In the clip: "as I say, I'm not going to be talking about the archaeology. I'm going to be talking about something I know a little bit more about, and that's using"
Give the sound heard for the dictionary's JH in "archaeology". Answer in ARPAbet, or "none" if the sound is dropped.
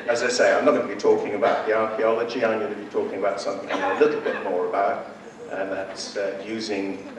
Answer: JH